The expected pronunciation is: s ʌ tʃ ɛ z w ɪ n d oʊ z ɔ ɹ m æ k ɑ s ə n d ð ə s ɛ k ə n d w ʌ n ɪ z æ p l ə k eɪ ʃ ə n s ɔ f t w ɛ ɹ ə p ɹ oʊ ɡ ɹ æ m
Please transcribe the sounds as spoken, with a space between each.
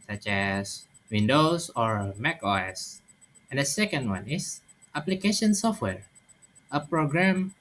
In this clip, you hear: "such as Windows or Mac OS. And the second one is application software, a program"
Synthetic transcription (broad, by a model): s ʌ tʃ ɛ s w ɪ n d oʊ s ɔ ɹ m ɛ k ɑ s ə n d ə s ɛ k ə n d w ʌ n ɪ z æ p l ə k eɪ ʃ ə n s ɔ f t w ɛ ɹ ə p ɹ oʊ ɡ ɹ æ m